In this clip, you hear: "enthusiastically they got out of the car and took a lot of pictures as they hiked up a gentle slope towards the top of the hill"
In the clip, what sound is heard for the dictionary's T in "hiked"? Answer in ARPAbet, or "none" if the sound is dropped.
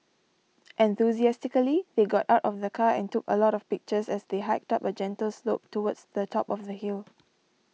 T